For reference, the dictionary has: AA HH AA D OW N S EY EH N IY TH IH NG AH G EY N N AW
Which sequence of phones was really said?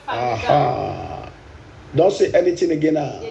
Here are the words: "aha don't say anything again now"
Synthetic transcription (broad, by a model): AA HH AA D OW N S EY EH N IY T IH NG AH G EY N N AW